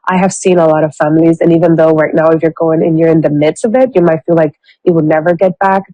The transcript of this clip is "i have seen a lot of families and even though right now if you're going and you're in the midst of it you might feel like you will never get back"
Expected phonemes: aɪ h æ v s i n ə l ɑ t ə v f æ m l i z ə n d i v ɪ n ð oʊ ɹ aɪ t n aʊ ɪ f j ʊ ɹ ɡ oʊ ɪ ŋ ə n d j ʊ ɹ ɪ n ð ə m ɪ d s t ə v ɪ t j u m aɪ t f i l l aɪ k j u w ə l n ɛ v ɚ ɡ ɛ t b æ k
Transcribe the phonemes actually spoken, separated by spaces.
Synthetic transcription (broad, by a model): aɪ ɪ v s i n ə l ɑ t ə v f æ m l i z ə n i v ɪ n ð oʊ ɹ aɪ t n aʊ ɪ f j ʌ ɹ ɡ oʊ ɪ ŋ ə n j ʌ ɹ ɪ n ð ə m ɪ d s t ə v ɪ t j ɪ m aɪ t f i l l aɪ k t w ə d n ɛ v ɚ ɡ ɛ t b æ k